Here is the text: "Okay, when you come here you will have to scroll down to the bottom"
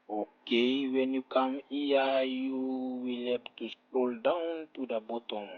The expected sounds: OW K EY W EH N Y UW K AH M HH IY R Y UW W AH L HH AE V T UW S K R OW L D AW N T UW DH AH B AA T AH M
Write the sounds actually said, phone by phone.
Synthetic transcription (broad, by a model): OW K EY W EH N Y UW K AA M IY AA Y UW W AH L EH P T UW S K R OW L D AW N T UW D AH B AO T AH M